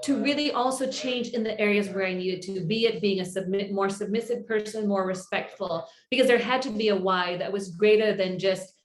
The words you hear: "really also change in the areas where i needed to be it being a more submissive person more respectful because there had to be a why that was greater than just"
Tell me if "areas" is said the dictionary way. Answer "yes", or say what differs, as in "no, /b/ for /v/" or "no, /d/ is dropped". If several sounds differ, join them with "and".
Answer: yes